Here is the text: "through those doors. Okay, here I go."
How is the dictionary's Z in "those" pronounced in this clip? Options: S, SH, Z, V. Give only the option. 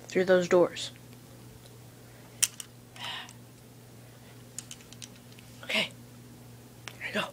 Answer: Z